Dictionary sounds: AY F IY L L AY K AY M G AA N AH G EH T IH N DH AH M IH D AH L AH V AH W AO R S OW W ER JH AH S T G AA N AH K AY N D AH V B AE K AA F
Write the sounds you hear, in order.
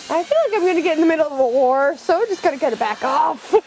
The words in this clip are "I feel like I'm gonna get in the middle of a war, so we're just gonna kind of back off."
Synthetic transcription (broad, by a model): AY F IY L L AY K AY M G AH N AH G EH T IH N DH AH M IH D L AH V AH W AO R S OW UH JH AH S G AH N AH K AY D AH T B AE K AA F